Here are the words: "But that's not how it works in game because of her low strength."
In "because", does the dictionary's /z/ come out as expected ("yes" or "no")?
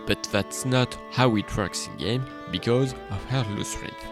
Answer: yes